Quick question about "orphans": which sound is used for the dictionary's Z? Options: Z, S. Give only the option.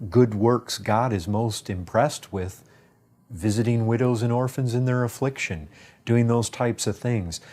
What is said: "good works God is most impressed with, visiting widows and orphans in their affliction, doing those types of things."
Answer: Z